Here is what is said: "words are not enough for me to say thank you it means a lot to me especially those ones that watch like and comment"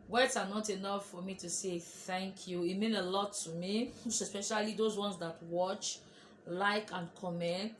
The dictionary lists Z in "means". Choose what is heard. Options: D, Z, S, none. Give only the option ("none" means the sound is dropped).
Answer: none